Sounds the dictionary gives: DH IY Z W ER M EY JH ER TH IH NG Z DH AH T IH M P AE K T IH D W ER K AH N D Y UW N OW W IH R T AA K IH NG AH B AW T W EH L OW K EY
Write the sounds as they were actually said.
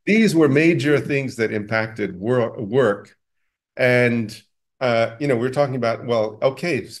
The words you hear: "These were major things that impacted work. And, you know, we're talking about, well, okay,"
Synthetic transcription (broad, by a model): DH IY Z W ER M EY JH ER TH IH NG Z DH AH T IH M P AE K T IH D W ER K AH N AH Y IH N OW W IH R T AA K IH NG AH B AW T W EH L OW K EY